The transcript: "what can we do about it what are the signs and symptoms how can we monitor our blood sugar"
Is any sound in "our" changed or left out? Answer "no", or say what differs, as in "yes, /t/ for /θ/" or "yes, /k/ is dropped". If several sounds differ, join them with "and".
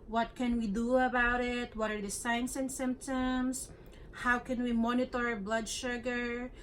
no